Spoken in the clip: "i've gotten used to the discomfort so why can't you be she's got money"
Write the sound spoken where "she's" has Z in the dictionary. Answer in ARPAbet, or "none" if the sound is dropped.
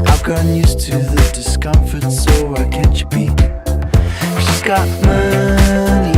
S